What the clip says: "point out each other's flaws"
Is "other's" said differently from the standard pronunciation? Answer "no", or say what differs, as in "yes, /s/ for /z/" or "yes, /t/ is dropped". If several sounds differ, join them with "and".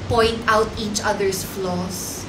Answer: yes, /s/ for /z/